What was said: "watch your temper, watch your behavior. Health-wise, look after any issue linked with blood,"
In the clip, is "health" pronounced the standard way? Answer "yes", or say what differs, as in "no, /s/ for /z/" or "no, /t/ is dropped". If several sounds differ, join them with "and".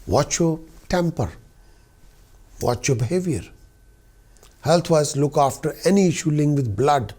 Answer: no, /t/ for /θ/